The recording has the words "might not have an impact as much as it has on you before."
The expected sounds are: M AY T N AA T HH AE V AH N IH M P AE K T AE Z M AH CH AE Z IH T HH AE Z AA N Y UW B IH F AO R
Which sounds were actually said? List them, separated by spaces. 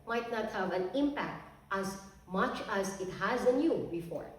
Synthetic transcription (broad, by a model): M AY T N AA T HH AE V AH N IH M P AE K T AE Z M AH CH AE Z IH T HH AE Z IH N Y UW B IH F AO R